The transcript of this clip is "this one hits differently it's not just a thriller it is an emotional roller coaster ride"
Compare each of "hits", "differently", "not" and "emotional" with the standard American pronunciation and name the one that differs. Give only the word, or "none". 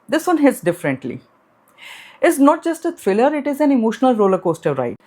none